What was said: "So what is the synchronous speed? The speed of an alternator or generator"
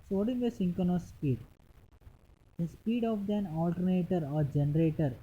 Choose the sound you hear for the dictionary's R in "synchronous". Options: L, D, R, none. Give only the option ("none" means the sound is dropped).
none